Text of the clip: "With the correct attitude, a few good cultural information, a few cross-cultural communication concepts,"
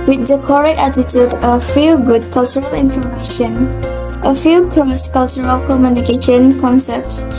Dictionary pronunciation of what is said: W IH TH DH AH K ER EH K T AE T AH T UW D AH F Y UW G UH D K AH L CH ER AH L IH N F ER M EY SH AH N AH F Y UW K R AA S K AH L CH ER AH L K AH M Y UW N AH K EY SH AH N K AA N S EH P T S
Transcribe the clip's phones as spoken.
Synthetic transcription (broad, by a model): W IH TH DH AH K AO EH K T AE T AH T UW D AH F Y UW G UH D K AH L CH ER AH L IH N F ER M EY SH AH N AH F Y UW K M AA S K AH L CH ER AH L K AH M Y UW N AH K EY SH AH N K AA N S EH P T S